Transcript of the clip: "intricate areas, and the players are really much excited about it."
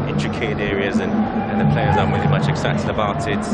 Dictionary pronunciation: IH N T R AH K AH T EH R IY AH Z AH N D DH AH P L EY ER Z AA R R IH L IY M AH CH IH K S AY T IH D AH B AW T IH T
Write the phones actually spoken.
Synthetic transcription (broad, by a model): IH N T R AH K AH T EH R IY AH Z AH N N DH AH P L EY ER Z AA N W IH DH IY M AH CH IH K S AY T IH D AH B AW T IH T